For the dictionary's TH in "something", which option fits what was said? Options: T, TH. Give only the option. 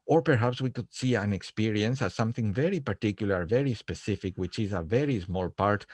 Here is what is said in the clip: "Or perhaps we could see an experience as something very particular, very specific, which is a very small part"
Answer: TH